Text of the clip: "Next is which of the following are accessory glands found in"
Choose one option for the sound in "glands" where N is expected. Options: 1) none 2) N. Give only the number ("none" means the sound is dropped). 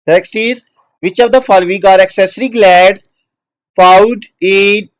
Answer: 1